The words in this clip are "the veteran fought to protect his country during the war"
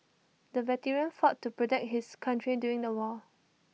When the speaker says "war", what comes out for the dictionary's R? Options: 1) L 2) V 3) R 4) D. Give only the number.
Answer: 1